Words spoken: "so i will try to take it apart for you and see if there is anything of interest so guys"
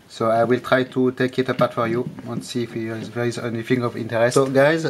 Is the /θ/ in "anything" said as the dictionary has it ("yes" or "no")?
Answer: no